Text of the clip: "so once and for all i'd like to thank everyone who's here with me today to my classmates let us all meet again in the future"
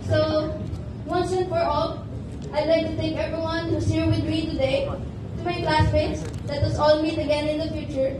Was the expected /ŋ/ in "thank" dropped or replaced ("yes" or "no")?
yes